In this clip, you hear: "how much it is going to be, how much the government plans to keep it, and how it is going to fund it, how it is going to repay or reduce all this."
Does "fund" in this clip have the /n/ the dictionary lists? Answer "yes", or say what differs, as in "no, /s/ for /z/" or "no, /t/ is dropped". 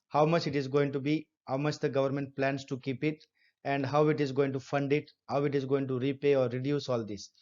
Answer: yes